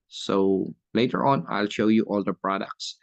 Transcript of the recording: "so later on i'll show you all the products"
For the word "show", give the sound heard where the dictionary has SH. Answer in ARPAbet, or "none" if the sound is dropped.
SH